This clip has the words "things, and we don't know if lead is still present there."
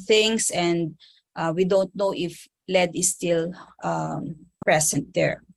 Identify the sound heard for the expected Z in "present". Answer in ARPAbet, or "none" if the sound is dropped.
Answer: S